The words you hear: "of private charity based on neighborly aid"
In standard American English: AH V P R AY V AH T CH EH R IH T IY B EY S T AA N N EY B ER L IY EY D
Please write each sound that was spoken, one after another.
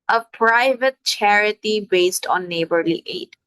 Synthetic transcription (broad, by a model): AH P R AY V AH T CH EH R IH T IY B EY S T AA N N EY B ER L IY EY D